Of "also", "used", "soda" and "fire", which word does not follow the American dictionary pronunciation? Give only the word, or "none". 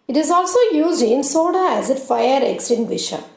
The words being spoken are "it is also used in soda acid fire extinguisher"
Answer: none